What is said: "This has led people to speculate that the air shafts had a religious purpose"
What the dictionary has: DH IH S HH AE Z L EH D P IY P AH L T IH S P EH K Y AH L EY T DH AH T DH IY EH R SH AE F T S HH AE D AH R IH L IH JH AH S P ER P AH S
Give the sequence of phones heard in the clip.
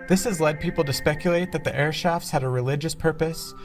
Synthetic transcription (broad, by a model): DH IH S HH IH Z L EH D P IY P L T IH S P EH K Y AH L EY T DH AH T DH IY EH R SH AE F T S HH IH D AH R IH L IH JH AH S P ER P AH S